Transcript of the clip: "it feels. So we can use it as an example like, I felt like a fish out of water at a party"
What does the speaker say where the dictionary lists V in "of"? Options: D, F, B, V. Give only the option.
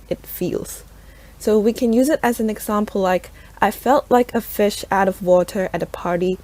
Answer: V